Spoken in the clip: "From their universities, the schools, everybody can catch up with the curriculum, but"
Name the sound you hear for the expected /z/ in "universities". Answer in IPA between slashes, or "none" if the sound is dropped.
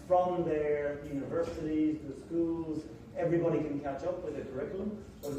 /z/